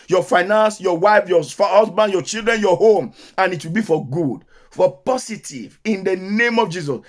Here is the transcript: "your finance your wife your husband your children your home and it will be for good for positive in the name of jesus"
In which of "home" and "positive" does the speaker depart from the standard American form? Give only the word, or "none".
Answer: positive